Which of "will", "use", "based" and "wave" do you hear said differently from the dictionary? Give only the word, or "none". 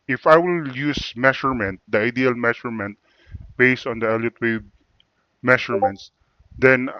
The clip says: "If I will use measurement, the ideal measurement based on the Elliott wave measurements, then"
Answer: wave